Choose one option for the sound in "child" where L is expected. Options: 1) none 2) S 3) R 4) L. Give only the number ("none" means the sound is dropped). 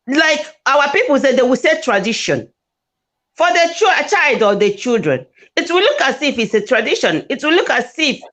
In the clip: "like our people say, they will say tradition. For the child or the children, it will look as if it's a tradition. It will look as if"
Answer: 4